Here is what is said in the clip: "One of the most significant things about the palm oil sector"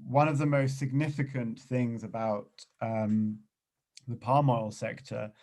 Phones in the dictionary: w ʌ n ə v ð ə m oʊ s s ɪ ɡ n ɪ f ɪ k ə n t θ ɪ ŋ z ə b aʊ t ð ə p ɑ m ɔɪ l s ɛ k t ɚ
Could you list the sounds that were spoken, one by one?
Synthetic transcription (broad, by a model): w ʌ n ə v ð ə m oʊ s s ɪ ɡ n ɪ f ɪ k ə n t θ ɪ ŋ z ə b aʊ t ð ə p ɑ m ɔɪ l s ɛ k t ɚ